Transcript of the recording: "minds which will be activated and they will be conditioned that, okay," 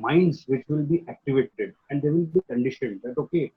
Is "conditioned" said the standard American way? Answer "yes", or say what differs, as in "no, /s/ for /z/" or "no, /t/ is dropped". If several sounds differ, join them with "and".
yes